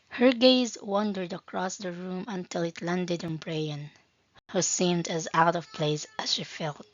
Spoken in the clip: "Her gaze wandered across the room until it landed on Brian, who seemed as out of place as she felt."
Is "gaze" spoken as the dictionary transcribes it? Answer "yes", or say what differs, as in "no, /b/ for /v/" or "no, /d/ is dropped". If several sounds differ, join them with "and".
yes